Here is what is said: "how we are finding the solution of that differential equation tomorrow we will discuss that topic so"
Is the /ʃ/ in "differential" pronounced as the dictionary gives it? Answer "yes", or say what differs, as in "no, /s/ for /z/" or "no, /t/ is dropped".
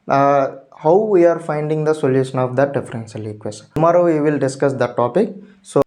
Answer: no, /s/ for /ʃ/